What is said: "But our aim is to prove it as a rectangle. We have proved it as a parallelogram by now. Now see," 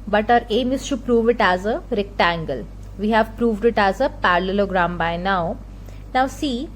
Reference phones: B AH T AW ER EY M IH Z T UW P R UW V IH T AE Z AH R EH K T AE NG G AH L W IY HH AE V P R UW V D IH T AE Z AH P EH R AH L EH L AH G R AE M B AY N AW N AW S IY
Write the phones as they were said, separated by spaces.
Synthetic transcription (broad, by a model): B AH T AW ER EY M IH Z T UW P R UW V IH T AE Z AH R EH K T AE NG G AH L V IY HH AE V P R UW V D IH T AE Z AH P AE R L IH L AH G R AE M B AY N AW N AW S IY